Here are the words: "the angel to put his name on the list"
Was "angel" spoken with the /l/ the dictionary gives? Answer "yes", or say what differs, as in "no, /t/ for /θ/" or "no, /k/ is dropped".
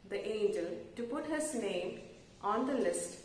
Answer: yes